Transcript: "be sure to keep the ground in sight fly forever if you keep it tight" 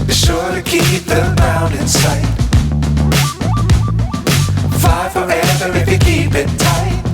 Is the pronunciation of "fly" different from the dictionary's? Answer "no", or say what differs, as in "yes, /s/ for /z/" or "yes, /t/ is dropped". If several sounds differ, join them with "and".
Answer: yes, /l/ is dropped